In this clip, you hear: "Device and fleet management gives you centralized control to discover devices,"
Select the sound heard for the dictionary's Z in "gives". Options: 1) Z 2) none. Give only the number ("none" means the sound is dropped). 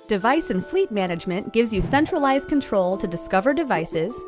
1